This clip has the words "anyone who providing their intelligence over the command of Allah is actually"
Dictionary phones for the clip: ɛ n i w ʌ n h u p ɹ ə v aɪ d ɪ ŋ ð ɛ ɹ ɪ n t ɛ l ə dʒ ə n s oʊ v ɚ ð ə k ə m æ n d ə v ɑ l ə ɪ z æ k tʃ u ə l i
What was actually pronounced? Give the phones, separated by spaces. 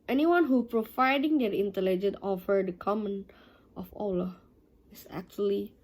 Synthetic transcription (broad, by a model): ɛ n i w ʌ n h u p ɹ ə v aɪ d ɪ ŋ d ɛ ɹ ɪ n t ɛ l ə dʒ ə n oʊ f ɚ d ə k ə m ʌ n ə f ɑ l ə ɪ s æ k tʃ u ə l i